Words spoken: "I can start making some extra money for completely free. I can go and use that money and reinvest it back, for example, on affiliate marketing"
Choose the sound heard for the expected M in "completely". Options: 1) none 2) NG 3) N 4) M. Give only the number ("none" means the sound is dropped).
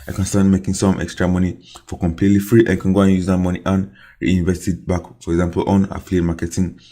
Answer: 4